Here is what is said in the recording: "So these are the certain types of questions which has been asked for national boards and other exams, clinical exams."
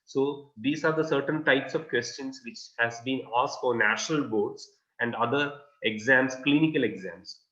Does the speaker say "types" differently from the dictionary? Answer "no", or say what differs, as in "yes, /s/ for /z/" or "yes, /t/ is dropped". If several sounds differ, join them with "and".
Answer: no